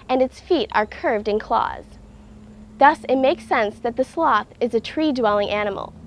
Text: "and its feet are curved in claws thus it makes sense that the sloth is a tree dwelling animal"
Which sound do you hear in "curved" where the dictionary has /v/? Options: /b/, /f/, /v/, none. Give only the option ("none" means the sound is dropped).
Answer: /v/